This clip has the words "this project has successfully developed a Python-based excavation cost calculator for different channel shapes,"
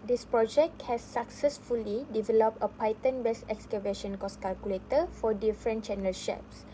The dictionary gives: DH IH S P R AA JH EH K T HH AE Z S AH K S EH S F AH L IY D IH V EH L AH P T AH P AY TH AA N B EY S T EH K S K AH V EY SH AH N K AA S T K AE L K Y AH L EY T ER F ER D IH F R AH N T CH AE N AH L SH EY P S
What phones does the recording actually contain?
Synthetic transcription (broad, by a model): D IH S P R AA JH EH K T HH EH S AH K S EH S F AH L IY D IH V EH L AH P T AH P AY T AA N B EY S EH K S K AH V EY SH AH N K AA S K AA L K Y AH L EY T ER F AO D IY F R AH N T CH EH N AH L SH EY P S